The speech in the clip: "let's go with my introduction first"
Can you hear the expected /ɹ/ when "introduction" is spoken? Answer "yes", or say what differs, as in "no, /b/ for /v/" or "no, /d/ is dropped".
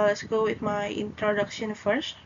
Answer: yes